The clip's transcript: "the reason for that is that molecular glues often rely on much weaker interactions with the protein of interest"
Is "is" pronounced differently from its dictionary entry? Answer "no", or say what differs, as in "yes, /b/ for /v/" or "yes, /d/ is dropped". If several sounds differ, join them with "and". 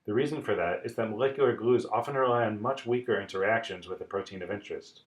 no